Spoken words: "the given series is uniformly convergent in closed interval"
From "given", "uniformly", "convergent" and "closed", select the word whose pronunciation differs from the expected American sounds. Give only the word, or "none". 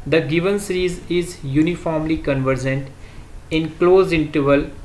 closed